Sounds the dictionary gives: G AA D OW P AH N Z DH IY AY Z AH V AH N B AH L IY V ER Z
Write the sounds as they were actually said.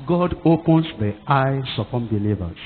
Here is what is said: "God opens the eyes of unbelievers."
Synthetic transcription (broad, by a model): G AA D OW P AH N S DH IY AY S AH P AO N B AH L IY V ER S